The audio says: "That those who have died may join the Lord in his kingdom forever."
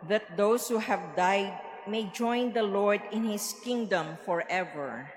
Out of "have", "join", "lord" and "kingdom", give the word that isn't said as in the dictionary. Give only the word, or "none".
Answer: none